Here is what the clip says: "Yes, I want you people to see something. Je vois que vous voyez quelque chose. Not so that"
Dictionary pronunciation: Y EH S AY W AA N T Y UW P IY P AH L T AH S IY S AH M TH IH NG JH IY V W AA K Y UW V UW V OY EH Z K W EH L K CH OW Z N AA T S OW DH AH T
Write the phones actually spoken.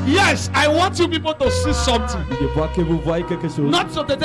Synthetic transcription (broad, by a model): Y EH S AY W AA N T Y UW P IY P AH L T AH S IY S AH M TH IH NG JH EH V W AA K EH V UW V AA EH K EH K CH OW N AA T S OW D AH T